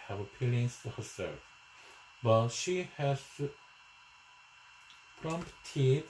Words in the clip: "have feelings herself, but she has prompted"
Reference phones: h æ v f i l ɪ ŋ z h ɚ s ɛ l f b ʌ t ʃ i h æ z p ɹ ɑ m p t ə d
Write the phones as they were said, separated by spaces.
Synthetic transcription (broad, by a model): h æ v p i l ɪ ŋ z h ɚ s ɛ l f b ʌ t ʃ i h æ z p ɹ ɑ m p t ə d